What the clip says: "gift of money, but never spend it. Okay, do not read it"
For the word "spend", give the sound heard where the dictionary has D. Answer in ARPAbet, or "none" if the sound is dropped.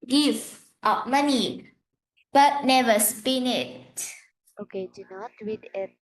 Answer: none